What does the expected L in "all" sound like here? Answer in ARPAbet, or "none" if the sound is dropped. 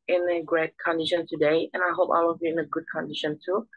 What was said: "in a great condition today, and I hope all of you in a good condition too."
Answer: W